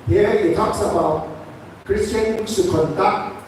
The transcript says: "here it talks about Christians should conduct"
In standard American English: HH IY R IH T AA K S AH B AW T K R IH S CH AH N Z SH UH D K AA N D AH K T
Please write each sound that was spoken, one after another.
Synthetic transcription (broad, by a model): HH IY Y IH T AA K S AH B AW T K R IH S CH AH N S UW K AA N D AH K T